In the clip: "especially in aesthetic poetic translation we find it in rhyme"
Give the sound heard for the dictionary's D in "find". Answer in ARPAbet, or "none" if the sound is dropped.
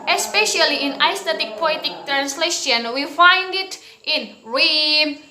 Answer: D